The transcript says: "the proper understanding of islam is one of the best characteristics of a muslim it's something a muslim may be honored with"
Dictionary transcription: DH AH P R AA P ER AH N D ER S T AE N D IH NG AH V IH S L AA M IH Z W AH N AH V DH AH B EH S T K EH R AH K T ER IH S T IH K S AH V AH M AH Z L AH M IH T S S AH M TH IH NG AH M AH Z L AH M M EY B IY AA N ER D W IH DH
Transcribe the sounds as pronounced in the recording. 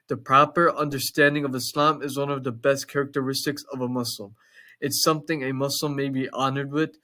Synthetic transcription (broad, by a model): DH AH P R AA P ER AH N D ER S T AE N D IH NG AH V IH S L AA M IH Z W AH N AH V DH AH B EH S T K EH R AH K T ER IH S T IH K S AH V AH M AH S L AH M IH T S S AH M TH IH NG AH M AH S L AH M M EY B IY AA N ER D W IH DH